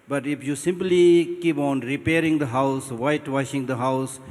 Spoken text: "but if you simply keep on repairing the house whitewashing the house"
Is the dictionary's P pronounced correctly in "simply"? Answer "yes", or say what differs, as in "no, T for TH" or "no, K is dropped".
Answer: yes